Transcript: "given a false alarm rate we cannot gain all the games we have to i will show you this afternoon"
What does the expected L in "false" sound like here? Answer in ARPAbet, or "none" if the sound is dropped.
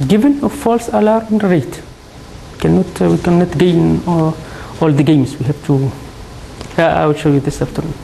L